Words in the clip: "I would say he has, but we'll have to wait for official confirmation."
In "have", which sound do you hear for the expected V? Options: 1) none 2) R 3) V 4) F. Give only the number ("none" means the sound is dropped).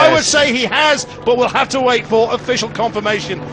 4